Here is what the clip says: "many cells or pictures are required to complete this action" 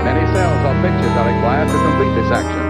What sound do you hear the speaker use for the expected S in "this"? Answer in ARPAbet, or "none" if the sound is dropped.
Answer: S